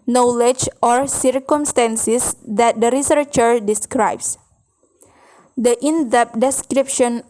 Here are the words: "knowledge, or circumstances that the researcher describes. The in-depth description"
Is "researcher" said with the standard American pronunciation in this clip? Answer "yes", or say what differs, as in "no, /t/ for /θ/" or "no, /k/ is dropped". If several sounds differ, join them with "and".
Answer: yes